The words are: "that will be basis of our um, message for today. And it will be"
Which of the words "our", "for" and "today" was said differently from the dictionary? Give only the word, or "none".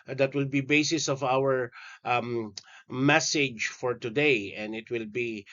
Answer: our